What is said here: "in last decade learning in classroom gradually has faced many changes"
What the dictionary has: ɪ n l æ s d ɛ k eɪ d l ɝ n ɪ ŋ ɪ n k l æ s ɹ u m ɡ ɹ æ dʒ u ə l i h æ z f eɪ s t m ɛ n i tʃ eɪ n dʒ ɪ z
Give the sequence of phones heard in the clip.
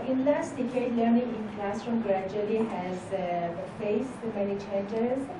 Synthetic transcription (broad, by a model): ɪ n l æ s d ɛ k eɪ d l ɝ n ɪ ŋ ɪ n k l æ s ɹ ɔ m ɡ ɹ æ dʒ u ə l i h æ z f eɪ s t m ɛ n i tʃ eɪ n dʒ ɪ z